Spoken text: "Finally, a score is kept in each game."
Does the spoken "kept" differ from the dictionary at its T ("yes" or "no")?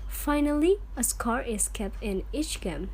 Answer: no